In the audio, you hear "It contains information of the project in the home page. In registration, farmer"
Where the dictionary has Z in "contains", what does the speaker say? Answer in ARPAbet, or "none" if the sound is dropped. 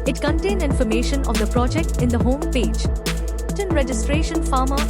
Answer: none